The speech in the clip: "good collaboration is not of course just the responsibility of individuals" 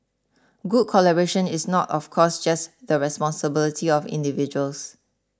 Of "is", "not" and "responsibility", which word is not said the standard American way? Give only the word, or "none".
is